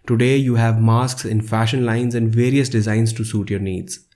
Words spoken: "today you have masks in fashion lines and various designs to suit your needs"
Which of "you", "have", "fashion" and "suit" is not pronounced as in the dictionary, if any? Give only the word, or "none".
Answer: none